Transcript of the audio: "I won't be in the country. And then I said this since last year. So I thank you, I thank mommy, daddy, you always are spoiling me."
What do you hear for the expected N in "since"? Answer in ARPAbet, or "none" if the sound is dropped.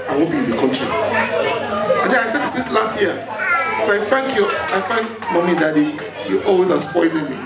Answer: none